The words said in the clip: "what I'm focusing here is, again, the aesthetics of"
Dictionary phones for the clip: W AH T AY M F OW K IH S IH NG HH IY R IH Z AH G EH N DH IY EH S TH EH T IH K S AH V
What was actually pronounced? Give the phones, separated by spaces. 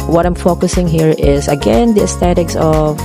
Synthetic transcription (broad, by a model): W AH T AY M F OW K IH S IH NG HH IY R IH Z AH G EH N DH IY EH S T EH T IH K S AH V